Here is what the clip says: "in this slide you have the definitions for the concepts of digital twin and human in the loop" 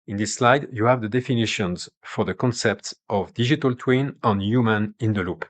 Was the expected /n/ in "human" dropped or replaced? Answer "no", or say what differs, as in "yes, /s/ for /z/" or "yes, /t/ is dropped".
no